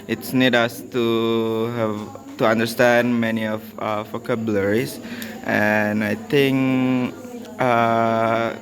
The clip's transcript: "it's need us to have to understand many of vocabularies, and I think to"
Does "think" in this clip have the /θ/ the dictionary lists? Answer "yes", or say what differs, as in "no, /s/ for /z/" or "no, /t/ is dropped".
no, /t/ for /θ/